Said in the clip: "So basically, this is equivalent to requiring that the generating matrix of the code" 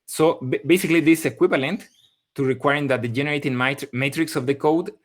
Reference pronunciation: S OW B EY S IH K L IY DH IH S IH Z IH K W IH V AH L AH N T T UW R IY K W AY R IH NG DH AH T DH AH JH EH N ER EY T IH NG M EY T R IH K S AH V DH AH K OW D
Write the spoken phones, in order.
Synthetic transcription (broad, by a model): S OW B EY S IH K L IY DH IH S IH K W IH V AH L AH N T T UW R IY K W AY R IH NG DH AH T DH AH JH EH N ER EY T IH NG M EY T R IH K S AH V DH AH K OW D